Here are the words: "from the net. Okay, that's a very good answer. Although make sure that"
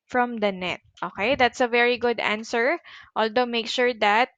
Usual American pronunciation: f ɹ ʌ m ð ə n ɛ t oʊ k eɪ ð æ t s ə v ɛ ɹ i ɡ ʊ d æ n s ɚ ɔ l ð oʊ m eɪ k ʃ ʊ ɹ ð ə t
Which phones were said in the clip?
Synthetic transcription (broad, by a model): f ɹ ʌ m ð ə n ɛ t oʊ k eɪ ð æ t s ə v ɛ ɹ i ɡ ʊ d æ n s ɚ ɔ l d oʊ m eɪ k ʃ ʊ ɹ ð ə t